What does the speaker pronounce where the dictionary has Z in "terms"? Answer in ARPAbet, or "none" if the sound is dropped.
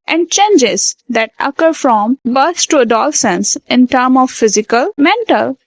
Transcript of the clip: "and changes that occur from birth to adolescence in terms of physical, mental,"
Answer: none